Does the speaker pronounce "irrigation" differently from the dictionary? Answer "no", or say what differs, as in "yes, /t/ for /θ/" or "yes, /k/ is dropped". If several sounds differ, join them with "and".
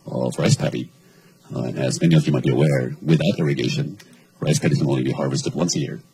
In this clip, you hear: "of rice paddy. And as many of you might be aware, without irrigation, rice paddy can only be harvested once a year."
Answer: no